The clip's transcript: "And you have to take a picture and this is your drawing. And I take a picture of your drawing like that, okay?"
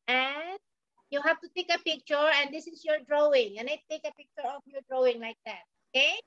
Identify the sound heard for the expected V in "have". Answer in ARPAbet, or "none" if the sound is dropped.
F